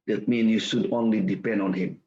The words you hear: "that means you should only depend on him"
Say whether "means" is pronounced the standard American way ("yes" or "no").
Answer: no